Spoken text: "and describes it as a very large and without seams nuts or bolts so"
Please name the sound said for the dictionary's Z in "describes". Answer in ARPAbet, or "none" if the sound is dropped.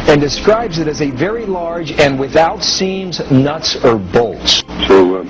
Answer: Z